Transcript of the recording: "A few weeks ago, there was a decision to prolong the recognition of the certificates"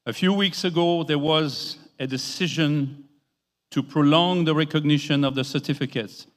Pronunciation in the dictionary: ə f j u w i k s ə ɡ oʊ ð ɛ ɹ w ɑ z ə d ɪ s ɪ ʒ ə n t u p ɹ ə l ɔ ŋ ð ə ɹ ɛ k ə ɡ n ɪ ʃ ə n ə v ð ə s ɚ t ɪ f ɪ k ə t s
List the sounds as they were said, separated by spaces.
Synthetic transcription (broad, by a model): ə f j u w i k s ə ɡ oʊ ð ɛ ɹ w ɑ z ə d ɪ s ɪ ʒ ə n t u p ɹ ə l ɔ ŋ ð ə ɹ ɛ k ə ɡ n ɪ ʃ ə n ə v ð ə s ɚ t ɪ f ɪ k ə t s